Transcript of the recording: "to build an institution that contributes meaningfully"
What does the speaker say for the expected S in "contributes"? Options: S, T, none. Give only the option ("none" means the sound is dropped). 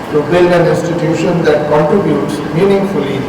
S